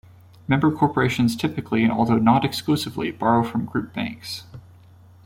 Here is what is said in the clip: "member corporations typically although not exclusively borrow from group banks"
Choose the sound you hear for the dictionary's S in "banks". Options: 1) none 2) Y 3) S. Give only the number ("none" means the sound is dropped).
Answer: 3